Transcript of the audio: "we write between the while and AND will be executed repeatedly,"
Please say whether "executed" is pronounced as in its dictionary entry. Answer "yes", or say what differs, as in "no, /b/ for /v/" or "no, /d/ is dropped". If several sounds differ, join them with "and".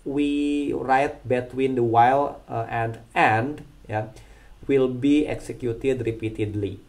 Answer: yes